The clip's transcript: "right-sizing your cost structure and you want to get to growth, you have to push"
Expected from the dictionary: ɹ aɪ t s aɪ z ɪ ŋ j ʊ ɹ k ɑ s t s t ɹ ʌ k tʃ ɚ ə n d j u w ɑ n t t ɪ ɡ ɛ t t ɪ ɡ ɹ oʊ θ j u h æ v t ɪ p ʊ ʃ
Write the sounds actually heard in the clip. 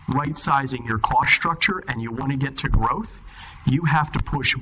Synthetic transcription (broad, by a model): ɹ aɪ t s aɪ z ɪ ŋ j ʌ ɹ k ɑ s s t ɹ ʌ k tʃ ɚ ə n j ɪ w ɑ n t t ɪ ɡ ɛ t t ɪ ɡ ɹ oʊ θ j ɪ h æ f t ɪ p ʊ ʃ